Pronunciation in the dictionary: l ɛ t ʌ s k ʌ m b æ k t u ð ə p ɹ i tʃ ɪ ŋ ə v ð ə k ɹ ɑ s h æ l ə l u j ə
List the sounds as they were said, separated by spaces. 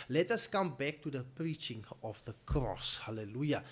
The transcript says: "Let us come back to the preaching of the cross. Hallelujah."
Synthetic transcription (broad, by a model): l ɛ t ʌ s k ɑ m b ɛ k t u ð ə p ɹ i tʃ ɪ ŋ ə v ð ə k ɹ ɑ s h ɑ l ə l u j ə